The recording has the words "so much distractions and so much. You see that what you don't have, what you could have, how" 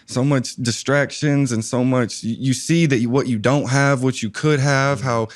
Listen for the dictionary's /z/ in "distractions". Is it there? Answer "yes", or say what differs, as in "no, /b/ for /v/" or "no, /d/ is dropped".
yes